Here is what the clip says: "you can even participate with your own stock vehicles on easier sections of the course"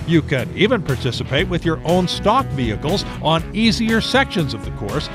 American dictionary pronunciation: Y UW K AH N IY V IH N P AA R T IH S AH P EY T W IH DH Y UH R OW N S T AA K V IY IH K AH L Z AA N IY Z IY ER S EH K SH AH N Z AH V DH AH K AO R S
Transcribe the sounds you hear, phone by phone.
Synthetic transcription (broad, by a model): Y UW K AH N IY V IH N P AA R T IH S AH P EY T W IH DH Y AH R OW N S T AA K V IY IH K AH L Z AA N IY Z IY ER S EH K SH AH N Z AH V DH AH K AO R S